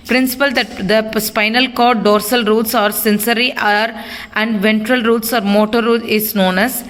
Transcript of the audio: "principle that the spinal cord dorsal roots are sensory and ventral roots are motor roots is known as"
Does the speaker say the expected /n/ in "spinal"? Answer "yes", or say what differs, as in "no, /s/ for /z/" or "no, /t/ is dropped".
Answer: yes